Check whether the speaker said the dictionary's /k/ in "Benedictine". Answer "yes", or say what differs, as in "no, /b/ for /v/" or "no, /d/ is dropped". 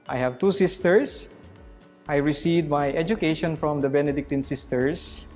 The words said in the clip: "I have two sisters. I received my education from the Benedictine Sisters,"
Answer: yes